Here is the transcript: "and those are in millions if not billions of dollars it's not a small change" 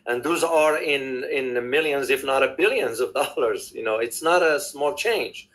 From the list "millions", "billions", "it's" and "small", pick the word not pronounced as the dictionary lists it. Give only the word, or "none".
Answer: none